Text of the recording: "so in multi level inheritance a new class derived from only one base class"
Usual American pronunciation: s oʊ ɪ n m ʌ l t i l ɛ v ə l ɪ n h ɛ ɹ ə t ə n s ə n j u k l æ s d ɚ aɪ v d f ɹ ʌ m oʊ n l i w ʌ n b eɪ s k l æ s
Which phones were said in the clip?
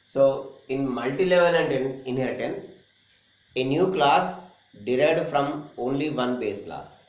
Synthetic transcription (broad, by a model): s oʊ ɪ n m ʌ l t i l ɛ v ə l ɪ n h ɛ ɹ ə t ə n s ə n j u k l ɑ s d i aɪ d f ɹ ʌ m oʊ n l i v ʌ n b eɪ s k l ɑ s